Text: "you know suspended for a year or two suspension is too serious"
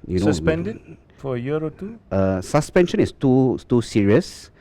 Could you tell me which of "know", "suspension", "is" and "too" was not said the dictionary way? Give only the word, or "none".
is